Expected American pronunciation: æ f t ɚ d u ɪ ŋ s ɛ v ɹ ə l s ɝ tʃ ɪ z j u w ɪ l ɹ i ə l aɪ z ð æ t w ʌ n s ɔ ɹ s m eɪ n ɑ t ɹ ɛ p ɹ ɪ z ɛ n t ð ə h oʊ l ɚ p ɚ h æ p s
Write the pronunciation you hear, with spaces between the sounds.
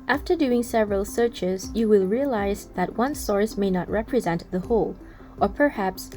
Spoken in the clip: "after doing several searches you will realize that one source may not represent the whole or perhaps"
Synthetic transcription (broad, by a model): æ f t ɚ d u ɪ ŋ s ɛ v ɹ ə l s ɝ tʃ ɪ z j u w ɪ l ɹ i ə l aɪ z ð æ t w ʌ n s ɔ ɹ s m eɪ n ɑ t ɹ ɛ p ɹ ɪ z ɛ n t ð ə h oʊ l ɚ p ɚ h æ p s